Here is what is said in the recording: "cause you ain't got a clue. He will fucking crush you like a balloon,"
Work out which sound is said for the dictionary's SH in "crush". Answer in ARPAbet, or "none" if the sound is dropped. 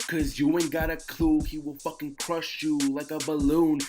SH